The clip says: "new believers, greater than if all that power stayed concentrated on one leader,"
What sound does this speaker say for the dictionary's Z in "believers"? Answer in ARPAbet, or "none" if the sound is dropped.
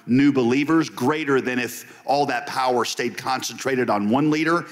Z